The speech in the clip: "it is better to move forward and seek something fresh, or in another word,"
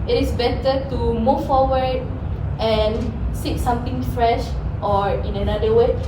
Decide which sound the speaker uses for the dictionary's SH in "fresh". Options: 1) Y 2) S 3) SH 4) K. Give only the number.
3